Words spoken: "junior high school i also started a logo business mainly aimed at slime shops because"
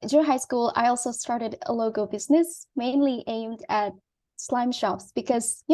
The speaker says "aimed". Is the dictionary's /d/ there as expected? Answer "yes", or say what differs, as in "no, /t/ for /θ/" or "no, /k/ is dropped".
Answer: yes